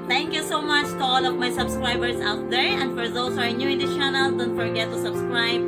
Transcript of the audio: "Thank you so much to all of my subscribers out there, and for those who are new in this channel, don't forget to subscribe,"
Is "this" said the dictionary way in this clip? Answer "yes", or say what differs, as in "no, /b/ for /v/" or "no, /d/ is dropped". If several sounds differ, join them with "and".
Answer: no, /s/ is dropped